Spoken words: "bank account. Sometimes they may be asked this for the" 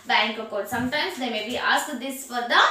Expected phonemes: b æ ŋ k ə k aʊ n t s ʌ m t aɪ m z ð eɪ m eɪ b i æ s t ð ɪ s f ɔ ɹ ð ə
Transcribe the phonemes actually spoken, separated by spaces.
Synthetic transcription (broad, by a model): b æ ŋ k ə k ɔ t s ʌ m t aɪ m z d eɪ m eɪ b i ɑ s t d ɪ s f ɔ ɹ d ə